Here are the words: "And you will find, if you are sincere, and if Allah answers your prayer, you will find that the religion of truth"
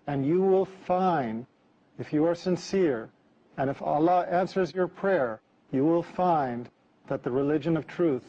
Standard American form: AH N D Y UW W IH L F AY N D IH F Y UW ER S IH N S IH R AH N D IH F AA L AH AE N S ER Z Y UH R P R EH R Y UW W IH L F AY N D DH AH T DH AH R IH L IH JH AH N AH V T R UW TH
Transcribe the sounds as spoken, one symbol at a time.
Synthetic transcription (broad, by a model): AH N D Y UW W IH L F AY N D IH F Y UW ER S IH N S IH R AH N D IH F AA L AH AE N S ER Z Y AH R P R EH R Y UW W IH L F AY N DH AH T DH AH R IH L IH JH AH N AH V T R UW TH